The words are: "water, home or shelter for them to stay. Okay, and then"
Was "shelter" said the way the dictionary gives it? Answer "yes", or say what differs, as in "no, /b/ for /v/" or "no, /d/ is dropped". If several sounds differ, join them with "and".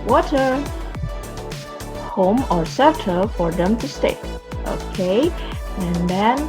no, /s/ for /ʃ/ and /l/ is dropped